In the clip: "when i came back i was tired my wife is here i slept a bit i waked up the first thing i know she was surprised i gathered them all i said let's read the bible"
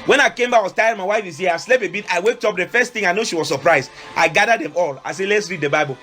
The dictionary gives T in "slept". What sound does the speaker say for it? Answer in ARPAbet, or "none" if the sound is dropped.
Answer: none